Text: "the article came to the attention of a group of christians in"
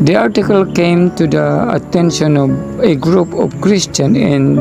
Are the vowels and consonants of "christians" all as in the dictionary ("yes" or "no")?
no